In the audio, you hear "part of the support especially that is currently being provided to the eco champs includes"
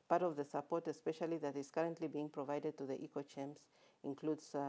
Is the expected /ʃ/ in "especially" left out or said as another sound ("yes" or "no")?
no